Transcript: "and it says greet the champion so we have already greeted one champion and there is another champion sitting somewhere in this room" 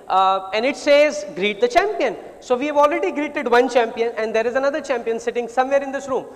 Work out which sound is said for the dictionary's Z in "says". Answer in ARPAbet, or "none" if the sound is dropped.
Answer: Z